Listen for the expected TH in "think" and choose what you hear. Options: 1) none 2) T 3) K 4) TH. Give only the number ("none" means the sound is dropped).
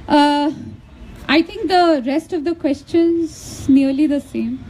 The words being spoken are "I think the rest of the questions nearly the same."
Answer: 2